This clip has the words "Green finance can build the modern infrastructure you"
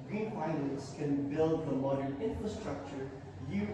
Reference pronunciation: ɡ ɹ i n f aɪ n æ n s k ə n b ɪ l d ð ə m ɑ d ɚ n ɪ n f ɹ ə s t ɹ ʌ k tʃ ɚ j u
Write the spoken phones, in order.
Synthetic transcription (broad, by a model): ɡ ɹ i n p aɪ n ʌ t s k ə n b ɪ l d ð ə m ɑ d ɚ n ɪ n f ɹ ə s t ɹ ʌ k tʃ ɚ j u